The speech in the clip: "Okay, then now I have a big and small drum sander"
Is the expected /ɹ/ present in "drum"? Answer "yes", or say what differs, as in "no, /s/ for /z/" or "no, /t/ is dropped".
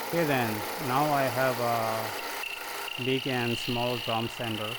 no, /ɹ/ is dropped